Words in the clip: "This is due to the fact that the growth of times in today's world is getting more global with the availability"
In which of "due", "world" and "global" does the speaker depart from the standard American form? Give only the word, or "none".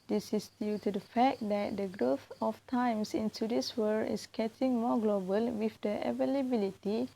world